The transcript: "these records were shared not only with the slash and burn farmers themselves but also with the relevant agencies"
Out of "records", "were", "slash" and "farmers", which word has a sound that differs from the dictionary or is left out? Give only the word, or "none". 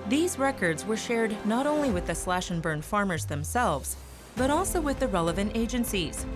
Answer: none